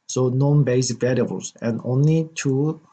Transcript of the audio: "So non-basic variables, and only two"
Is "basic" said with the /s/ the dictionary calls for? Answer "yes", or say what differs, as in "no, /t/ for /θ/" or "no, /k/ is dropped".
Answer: no, /s/ is dropped